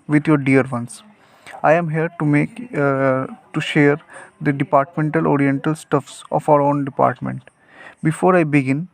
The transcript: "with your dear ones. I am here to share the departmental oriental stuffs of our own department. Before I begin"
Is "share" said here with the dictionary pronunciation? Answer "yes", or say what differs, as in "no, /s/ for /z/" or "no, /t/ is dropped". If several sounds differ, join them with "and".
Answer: yes